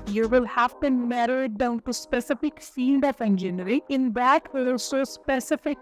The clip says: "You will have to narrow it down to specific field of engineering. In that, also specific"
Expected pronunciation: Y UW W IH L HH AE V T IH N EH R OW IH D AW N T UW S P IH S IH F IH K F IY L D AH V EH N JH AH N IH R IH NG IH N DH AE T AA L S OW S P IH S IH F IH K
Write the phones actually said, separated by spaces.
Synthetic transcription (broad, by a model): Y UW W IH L HH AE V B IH N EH R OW IH D AW N T UW S P IH S IH F IH K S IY N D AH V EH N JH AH N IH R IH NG IH N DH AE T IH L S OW S P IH S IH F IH K